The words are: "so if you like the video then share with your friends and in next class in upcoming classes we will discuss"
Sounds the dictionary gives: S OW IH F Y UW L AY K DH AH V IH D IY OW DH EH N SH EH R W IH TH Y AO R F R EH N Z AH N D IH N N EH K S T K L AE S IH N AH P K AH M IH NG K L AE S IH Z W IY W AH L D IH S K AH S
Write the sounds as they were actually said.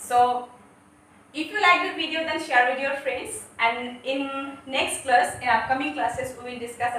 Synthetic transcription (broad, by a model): S OW IH F Y UW L AY K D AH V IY D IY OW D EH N SH EH R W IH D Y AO F R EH N S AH N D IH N N EH K S T K L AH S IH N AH K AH M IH NG K L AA S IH S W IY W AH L D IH S K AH S